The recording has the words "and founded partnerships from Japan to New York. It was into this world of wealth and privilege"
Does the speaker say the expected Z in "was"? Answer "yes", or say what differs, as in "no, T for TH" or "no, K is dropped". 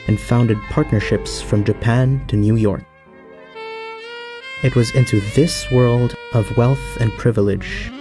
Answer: yes